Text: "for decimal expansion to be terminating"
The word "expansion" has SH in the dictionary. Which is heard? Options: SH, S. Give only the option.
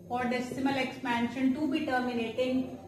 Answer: SH